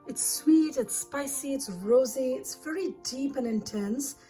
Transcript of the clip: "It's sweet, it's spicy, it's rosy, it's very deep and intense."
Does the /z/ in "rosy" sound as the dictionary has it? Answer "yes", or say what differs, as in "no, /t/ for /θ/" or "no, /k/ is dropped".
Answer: yes